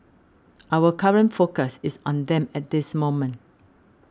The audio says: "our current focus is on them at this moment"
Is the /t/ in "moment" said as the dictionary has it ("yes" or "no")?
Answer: yes